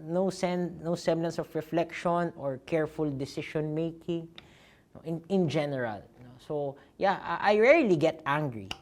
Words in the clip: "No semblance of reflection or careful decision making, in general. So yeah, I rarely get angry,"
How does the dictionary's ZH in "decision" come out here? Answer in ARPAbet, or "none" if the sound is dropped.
SH